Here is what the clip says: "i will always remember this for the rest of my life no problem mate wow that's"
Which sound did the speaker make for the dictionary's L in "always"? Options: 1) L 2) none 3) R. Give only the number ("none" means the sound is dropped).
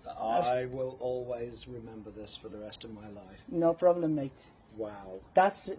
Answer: 1